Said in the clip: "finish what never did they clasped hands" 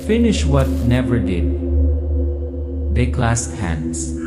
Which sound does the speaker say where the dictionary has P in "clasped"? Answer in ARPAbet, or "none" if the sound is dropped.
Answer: none